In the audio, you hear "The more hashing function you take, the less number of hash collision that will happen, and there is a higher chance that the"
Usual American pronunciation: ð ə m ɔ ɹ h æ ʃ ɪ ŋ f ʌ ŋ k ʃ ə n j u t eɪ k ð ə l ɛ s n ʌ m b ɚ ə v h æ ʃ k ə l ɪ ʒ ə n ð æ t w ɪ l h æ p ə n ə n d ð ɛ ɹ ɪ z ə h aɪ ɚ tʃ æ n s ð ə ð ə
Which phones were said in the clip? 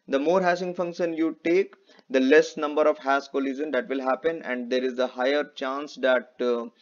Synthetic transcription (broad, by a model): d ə m ɔ ɹ h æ s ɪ ŋ f ʌ ŋ k ʃ ə n j u t eɪ k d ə l ɛ s n ʌ m b ɚ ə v h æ s k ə l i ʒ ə n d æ t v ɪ l h æ p ə n ə n d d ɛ ɹ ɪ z ə h aɪ ɚ tʃ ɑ n s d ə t